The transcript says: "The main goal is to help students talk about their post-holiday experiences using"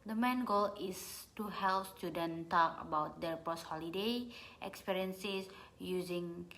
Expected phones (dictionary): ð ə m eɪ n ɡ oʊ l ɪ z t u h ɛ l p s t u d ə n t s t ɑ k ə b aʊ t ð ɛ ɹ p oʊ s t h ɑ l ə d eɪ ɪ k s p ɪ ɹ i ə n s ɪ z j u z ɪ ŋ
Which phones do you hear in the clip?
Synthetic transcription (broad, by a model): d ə m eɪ n ɡ oʊ l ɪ s t u h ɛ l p s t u d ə n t t ɑ k ə b aʊ t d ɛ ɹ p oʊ s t h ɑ l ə d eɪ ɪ k s p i ɹ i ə n s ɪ s j u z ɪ ŋ